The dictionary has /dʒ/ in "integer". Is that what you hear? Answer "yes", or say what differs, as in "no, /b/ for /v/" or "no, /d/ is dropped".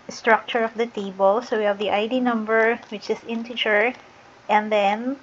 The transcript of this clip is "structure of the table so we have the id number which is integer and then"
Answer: no, /tʃ/ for /dʒ/